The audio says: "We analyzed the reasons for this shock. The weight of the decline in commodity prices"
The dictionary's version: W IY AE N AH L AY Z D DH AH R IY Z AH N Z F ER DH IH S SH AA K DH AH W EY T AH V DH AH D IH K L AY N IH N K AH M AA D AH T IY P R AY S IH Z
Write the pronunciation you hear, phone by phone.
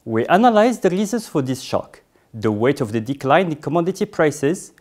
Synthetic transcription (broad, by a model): W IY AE N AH L AY Z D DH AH R IY Z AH N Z F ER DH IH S SH AA K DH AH W EY T AH V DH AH D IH K L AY IH N K AH M AA D AH T IY P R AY S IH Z